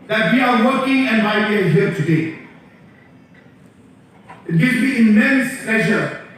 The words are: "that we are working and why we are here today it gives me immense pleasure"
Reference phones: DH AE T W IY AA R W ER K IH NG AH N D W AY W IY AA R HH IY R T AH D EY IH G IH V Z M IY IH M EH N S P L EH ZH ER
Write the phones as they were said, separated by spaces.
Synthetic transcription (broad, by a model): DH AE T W IY AA R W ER K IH NG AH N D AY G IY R HH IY R T AH D EY IH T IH Z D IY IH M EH N S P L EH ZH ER